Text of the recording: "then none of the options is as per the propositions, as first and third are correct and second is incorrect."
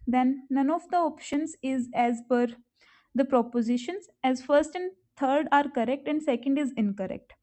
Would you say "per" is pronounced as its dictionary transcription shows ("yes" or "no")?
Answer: no